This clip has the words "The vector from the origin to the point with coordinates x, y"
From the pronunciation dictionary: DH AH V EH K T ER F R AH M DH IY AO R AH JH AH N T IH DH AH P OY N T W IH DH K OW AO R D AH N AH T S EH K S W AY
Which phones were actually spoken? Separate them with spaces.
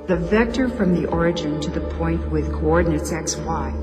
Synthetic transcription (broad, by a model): DH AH V EH K T ER F R AH M DH IY AO R AH JH AH N T IH DH AH P OY N T W IH DH K OW AO R D N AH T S EH K S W AY